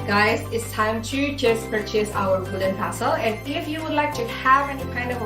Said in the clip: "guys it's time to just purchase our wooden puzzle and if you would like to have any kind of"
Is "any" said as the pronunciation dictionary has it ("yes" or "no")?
yes